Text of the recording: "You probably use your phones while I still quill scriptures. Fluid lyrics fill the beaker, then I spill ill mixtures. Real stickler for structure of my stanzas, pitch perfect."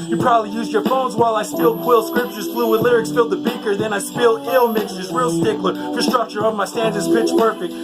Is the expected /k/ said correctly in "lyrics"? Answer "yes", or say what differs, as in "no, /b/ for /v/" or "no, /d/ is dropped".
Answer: yes